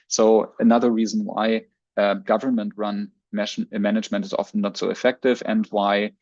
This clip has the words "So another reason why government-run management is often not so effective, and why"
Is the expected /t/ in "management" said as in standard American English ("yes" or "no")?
yes